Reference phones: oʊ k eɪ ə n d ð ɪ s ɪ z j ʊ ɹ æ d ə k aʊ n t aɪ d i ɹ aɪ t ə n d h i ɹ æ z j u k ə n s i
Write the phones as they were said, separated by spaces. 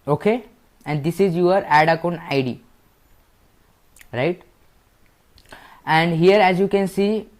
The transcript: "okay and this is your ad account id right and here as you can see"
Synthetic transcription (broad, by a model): oʊ k eɪ ə n d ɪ s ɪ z j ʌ ɹ æ d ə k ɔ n aɪ d i ɹ aɪ t ə n d h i ɹ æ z j u k ə n s i